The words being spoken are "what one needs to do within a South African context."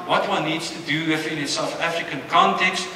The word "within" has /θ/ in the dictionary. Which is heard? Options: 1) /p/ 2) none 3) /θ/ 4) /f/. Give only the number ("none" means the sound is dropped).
4